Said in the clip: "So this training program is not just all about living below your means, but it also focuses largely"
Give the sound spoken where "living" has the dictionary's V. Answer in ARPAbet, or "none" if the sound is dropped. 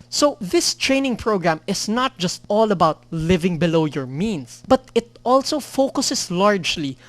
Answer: V